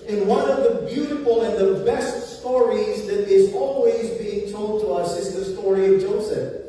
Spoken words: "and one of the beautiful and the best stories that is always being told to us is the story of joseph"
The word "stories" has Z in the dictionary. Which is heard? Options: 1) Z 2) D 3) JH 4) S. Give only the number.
1